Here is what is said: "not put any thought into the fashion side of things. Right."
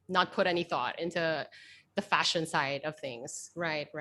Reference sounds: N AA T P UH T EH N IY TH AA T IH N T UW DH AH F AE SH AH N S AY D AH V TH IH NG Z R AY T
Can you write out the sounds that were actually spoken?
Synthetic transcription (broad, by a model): N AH T P UH T EH N IY TH AA T IH N T UW DH AH F AE SH AH N S AY D AH V TH IH NG Z R AY T